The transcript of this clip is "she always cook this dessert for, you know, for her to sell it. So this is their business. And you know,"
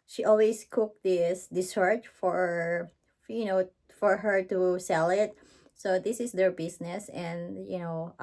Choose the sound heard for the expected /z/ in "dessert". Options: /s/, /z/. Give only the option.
/s/